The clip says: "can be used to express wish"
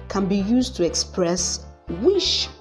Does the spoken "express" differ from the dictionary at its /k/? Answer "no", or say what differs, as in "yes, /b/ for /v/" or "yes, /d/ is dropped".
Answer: no